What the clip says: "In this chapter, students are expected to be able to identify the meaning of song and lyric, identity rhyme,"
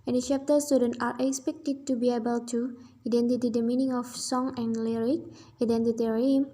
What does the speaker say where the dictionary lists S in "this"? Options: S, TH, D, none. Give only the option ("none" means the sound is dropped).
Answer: none